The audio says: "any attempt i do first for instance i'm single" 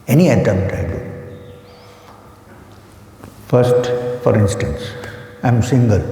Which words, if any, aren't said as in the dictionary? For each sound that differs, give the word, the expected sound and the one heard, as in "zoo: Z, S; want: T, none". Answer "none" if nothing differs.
attempt: P, none